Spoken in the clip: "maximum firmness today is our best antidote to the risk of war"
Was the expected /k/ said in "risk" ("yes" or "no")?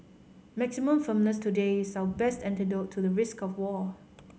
yes